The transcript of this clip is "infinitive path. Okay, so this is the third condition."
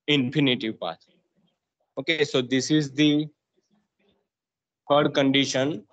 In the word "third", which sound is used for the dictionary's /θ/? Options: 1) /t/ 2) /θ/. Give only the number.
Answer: 1